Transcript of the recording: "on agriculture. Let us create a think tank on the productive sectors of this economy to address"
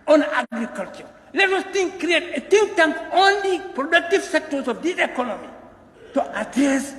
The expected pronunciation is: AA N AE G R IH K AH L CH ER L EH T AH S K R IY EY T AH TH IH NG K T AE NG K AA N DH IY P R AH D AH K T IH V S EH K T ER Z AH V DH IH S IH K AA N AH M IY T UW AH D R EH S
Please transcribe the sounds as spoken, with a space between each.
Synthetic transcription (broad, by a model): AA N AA G R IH K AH L CH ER L EH T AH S K R IY EY T AH T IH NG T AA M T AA N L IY P R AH D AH K T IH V S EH K T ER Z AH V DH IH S IH K AA N AH M IY T UW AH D R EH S